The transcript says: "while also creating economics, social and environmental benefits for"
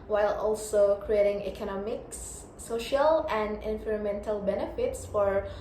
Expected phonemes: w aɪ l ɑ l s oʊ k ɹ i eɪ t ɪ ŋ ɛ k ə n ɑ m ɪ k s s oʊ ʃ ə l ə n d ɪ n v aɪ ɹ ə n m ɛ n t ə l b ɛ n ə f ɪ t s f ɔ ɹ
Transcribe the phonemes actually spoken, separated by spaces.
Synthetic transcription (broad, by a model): w aɪ l ɑ l s oʊ k ɹ i eɪ t ɪ ŋ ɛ k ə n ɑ m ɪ k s s oʊ ʃ ə l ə n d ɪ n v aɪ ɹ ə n m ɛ n t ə l b ɛ n ə f ɪ t s f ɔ ɹ